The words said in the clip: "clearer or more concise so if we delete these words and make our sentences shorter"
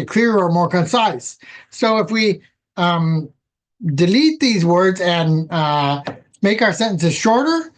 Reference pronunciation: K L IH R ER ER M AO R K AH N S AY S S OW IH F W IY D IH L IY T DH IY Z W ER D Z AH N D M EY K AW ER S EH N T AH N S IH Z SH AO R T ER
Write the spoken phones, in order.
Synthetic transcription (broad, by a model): K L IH R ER ER M AO R K AH N S AY S S OW IH F W IY D IH L IY T DH IY Z W ER D Z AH N M EY K AW ER S EH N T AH N S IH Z SH AO R T ER